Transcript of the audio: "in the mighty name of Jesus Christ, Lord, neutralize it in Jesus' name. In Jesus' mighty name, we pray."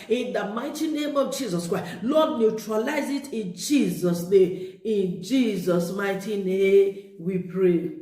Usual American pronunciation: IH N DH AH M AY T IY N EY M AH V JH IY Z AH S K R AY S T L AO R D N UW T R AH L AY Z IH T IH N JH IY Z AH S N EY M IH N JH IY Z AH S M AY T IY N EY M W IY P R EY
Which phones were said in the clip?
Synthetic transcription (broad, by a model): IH N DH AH M AY T IY N EY M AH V JH IY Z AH S K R AY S L AO D N UW T R AH L AY Z IH T IH N JH IY Z AH S N EY M IH N JH IY Z AH S M AY T IY N EY M W IY P R EY